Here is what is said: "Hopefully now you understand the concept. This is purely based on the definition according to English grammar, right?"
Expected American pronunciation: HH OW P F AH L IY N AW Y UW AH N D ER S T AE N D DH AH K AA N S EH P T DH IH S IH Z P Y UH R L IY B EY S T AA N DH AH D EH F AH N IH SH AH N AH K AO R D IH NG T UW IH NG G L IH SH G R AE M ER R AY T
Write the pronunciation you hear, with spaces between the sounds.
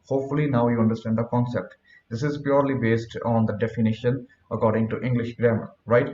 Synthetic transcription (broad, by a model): HH OW P F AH L IY N AW Y UW AH N D ER S T AE N D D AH K AA N S EH P T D IH S IH Z P Y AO R L IY B EY S T AA N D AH D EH F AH N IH SH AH N AH K AO R D IH NG T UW IH NG G L IH SH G R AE M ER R AY T